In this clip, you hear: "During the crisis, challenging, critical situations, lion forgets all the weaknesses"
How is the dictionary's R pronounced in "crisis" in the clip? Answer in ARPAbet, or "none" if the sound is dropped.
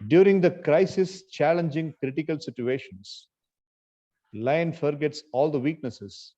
R